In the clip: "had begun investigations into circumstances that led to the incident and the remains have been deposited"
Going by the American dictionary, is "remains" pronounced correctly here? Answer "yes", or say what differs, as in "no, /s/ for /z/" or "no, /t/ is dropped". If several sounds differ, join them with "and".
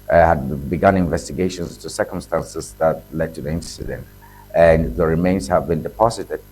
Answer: yes